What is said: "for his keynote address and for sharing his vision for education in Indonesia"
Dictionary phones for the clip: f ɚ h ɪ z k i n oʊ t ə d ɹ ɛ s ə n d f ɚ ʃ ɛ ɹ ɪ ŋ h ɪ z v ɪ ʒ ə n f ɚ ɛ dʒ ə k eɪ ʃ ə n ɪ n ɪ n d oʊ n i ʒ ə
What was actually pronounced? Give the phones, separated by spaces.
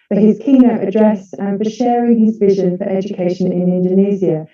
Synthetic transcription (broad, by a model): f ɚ h ɪ z k i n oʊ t ə d ɹ ɛ s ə n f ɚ ʃ ɛ ɹ ɪ ŋ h ɪ z v ɪ ʒ ə n f ɚ ɛ dʒ ə k eɪ ʃ ə n ɪ n ɪ n d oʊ n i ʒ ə